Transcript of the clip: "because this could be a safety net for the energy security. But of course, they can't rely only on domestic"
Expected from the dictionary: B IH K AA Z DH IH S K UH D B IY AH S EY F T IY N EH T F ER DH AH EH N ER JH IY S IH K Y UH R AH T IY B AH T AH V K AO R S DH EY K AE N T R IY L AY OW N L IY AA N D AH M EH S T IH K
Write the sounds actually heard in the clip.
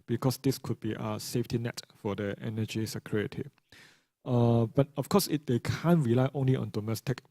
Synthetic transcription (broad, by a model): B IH K AA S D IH S K UH D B IY AH S EY F T IY N EH T F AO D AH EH N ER JH IY S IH K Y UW R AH T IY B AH T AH F K AO S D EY K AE N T R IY L AY OW N L IY AA N D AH M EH S T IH K